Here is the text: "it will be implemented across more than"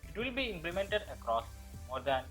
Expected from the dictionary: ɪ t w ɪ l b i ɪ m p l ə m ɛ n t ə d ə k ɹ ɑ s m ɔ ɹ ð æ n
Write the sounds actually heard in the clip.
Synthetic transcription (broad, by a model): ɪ t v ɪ l b i ɪ m p l ə m ɛ n t ə d ə k ɹ ɑ s m ɔ ɹ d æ n